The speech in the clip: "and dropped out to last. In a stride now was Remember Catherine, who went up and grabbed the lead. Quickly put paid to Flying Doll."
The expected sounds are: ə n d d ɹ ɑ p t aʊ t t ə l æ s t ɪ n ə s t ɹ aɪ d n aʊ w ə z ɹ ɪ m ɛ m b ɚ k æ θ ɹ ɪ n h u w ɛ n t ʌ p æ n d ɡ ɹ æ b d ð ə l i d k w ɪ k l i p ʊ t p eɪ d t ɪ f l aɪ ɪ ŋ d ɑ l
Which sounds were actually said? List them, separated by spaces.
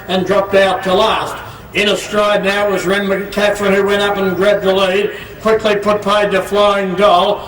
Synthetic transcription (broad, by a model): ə n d d ɹ ɑ p t aʊ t t ə l æ s t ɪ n ə s t ɹ aɪ d n aʊ w ə z ɹ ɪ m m ɚ k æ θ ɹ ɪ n h u w ɛ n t ʌ p n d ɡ ɹ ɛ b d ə l i d k w ɪ k l i p ʊ t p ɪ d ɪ f l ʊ ɪ ŋ d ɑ l